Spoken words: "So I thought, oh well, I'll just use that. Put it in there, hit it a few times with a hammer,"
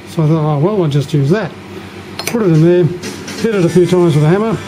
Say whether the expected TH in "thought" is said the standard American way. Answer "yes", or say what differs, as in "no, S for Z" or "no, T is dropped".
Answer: yes